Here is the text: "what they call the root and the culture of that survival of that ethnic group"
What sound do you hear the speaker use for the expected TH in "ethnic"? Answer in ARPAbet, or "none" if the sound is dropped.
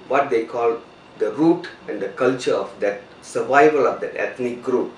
T